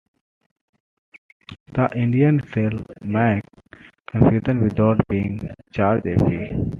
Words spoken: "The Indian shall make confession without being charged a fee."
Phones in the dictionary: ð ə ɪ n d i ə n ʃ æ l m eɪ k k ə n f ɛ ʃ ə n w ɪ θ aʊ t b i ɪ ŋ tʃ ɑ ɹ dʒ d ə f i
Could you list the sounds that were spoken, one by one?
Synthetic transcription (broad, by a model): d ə ɪ n d i ə n s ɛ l m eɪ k k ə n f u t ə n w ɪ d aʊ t b i ɪ ŋ tʃ ɑ ɹ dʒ ə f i